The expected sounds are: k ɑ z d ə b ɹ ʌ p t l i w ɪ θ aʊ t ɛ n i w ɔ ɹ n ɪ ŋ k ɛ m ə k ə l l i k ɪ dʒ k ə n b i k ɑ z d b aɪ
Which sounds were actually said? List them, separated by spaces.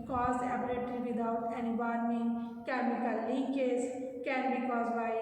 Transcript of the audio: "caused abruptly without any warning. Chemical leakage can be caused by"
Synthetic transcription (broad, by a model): k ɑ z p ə ɹ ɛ t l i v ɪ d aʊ t ɛ n i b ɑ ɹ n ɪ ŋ k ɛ m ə k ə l l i k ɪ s k ə n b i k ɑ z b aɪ